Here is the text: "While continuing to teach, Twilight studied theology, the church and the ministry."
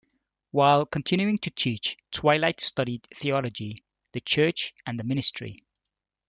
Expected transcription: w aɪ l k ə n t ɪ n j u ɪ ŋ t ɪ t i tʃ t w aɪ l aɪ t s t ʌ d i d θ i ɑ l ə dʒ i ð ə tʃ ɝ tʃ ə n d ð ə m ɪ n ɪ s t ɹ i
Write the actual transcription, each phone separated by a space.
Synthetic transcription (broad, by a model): w aɪ l k ə n t ɪ n j u ɪ ŋ t ɪ t i tʃ t w aɪ l aɪ t s t ʌ d i d θ i ɑ l ə dʒ i ð ə tʃ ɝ tʃ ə n ð ə m ɪ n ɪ s t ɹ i